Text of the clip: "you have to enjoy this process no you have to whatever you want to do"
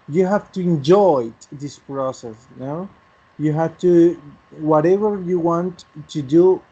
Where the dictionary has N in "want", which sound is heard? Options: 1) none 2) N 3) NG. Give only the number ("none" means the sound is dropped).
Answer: 2